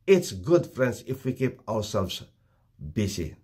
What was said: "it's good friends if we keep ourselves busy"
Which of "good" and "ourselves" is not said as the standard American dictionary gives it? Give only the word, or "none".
ourselves